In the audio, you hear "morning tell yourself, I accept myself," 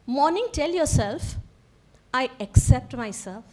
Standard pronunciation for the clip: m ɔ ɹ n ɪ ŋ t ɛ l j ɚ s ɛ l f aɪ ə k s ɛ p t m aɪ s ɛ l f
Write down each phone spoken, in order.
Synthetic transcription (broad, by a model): m ɔ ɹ n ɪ ŋ t ɛ l j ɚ s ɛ l f aɪ ə k s ɛ p t m aɪ s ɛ l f